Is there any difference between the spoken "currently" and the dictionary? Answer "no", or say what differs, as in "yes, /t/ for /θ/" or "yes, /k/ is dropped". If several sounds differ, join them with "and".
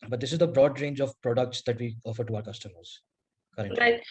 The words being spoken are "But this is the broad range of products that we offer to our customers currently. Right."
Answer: yes, /n/ is dropped and /l/ is dropped